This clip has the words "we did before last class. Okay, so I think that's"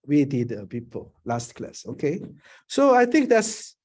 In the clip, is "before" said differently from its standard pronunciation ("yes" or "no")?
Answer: yes